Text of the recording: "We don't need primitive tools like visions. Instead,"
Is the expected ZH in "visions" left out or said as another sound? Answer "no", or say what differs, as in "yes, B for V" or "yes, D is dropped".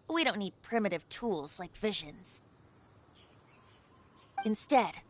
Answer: no